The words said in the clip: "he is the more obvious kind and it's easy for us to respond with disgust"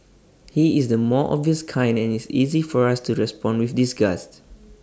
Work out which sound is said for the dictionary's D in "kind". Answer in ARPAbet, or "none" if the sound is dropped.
D